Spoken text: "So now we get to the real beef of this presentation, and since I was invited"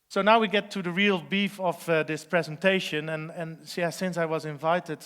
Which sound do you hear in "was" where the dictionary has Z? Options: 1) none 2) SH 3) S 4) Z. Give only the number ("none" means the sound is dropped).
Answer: 4